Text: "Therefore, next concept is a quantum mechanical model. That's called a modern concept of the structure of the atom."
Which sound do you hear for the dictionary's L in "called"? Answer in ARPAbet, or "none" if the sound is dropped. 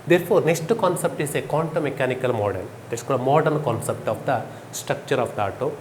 none